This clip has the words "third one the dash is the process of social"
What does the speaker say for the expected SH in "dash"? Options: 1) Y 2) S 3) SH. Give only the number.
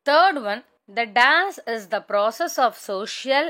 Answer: 2